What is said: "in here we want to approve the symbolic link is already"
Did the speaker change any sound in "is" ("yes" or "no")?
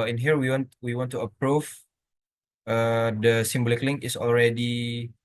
yes